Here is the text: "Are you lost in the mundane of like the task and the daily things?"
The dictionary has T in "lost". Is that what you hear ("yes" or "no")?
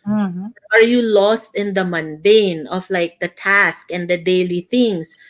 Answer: yes